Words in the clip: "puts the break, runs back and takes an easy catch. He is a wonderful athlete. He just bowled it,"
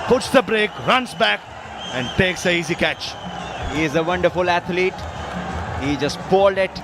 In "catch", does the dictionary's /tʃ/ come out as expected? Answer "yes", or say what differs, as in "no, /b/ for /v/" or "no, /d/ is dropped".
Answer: yes